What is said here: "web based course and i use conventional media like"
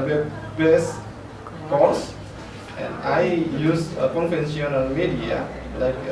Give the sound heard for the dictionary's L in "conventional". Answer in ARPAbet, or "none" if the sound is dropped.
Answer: N